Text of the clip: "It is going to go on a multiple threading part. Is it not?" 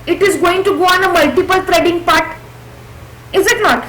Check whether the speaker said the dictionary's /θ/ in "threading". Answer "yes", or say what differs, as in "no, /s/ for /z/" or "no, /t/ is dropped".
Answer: no, /t/ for /θ/